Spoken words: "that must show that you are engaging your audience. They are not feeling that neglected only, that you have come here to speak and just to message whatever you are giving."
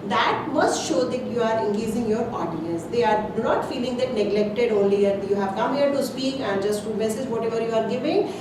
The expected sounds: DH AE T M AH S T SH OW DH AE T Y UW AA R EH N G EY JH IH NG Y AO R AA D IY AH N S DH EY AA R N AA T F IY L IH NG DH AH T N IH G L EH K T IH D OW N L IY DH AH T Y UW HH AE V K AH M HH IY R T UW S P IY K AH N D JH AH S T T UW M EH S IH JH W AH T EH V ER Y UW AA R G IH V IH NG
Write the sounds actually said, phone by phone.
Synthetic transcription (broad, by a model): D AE T M AH S T SH OW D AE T Y UW AA R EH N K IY Z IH NG Y AO R AA D IY AH N S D EY AA R N AA T F IY L IH NG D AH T N IH G L EH K T IH D OW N L IY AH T Y UW HH AE V K AH M HH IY R T UW S P IY K AH N D JH AH S T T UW M EH S IH JH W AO T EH V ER Y UW AA R G IH V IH NG